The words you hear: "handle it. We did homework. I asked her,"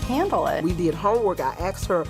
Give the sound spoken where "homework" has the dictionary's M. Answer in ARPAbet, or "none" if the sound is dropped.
none